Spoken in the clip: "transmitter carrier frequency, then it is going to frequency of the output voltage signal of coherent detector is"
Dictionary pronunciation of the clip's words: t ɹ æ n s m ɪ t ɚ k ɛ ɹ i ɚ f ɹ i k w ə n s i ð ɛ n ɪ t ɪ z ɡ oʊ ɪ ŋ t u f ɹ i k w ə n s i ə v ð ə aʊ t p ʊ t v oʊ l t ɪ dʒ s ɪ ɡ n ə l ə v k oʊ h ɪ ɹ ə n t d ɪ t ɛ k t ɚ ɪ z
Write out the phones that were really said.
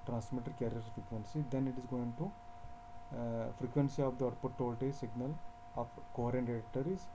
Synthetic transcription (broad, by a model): t ɹ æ n s m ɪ t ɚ k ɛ ɹ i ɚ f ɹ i k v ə n s i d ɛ n ɪ t ɪ z ɡ oʊ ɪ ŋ t u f ɹ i k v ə n s i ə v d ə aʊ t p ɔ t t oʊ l t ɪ s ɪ ɡ n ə l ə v k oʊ ɹ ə n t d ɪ t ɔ t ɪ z